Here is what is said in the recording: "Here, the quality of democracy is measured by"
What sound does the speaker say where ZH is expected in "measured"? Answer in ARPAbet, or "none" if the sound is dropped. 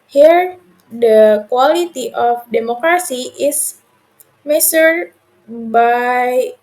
S